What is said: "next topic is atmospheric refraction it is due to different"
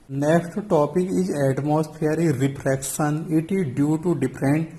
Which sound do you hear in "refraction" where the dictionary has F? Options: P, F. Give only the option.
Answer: P